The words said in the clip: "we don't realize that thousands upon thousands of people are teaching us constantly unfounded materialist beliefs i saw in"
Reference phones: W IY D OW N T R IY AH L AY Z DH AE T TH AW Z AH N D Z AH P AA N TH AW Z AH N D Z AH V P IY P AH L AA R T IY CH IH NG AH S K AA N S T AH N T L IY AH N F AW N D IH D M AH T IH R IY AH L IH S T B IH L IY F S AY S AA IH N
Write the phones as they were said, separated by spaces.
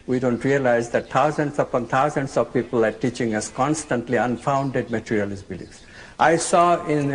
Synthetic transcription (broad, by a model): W IY D OW N T R IY AH L AY Z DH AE T T AW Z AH N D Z AH P AA N T AW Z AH N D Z AH V P IY P AH L AA R T IY CH IH NG AH S K AA N S T AH N T L IY AH N F AW N D IH D M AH T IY R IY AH L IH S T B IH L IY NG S AY S AA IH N